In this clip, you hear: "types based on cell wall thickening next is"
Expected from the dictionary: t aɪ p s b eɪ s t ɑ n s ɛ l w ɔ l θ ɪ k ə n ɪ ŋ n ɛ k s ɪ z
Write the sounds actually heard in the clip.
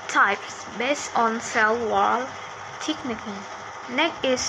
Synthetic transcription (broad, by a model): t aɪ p s b eɪ s t ɑ n s ɛ l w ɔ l t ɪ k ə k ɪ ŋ n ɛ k ɪ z